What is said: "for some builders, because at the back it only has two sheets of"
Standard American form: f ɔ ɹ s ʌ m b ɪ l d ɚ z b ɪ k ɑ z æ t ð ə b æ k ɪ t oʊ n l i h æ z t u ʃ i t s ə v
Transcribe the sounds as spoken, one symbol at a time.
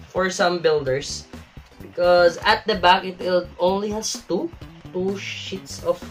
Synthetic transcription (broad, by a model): f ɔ ɹ s ʌ m b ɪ l d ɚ s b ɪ k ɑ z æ t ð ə b æ k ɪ t oʊ n l i h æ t t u ʃ i t s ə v